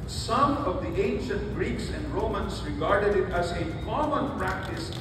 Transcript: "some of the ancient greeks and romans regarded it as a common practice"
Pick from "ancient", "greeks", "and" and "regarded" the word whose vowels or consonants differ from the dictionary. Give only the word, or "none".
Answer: none